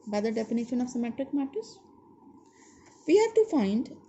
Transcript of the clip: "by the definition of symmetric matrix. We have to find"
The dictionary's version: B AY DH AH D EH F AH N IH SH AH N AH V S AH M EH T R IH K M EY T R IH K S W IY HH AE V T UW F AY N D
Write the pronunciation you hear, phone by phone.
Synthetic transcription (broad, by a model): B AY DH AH D EH F AH N IH SH AH N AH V S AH M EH T R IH K M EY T IH S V IY HH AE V T UW F AY N D